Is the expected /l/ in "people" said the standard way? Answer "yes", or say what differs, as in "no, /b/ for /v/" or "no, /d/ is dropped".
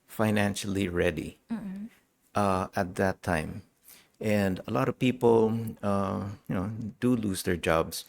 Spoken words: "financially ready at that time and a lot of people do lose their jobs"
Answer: no, /n/ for /l/